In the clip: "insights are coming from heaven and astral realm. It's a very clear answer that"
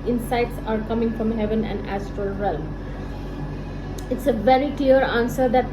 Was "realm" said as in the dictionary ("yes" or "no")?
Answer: no